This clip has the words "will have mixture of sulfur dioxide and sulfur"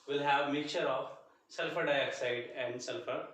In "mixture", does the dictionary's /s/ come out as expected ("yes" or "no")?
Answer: no